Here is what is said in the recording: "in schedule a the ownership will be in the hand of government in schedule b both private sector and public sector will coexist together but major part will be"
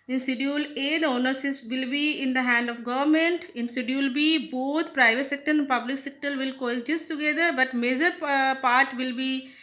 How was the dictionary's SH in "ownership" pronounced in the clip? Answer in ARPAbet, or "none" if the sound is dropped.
S